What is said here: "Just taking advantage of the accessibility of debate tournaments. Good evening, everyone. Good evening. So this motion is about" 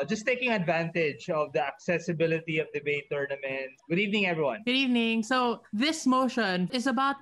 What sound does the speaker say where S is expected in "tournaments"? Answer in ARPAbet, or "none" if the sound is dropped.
none